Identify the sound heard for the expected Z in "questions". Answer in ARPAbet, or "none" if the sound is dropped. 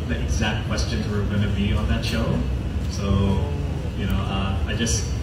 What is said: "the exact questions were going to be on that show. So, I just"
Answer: Z